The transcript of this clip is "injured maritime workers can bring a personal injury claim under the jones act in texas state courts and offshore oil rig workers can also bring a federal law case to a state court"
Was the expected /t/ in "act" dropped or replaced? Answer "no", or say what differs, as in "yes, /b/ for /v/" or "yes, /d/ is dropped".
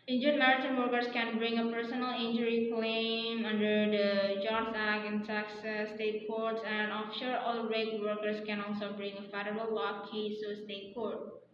yes, /t/ is dropped